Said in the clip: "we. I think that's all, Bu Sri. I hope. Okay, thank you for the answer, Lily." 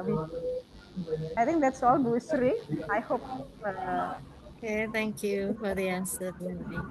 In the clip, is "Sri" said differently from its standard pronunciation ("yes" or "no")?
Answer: no